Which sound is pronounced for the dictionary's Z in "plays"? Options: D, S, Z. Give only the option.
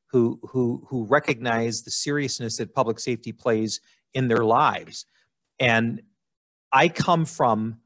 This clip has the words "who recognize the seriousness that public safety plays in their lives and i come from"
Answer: Z